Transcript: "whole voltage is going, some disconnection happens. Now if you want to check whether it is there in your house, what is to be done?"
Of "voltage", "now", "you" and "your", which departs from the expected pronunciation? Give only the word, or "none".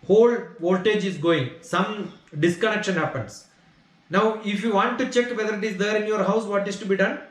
none